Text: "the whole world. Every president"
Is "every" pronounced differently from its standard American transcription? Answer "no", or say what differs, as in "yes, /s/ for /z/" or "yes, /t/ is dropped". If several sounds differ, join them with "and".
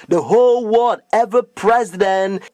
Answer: yes, /ɹ/ is dropped